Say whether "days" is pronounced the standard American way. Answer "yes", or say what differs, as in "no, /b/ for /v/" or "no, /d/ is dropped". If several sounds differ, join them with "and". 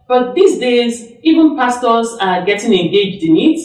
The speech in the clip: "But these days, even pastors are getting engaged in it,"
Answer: yes